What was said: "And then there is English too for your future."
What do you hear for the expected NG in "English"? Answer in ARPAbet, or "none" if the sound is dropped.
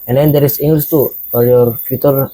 none